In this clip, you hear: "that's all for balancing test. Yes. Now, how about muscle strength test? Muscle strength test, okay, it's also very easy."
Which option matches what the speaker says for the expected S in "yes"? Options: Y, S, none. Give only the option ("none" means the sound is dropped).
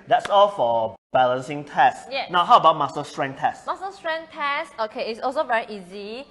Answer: none